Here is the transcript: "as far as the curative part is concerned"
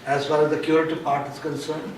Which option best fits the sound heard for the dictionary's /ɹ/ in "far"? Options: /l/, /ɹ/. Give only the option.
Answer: /l/